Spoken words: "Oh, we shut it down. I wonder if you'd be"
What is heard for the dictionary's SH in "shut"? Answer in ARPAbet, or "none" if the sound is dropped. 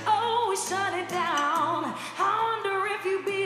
S